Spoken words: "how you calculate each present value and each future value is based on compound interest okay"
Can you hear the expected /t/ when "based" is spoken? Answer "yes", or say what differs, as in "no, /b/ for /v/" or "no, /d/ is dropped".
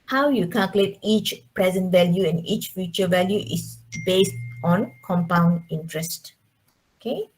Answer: yes